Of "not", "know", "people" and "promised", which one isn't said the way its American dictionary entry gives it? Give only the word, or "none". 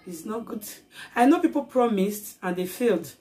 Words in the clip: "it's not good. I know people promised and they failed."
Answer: none